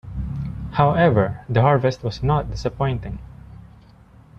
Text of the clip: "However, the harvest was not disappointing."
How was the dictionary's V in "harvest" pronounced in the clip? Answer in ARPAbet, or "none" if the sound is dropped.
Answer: V